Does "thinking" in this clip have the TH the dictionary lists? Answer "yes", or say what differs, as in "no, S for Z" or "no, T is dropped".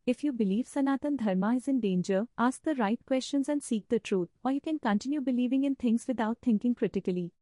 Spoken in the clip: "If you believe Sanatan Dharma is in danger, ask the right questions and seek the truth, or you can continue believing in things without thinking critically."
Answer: no, T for TH